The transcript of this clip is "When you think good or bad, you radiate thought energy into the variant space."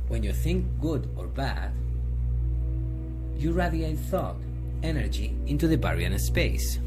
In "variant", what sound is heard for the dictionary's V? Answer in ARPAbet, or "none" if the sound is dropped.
B